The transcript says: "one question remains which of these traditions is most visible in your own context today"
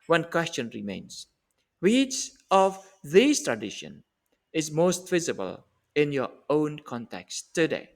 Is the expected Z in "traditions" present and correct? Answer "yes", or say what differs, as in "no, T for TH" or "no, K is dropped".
no, Z is dropped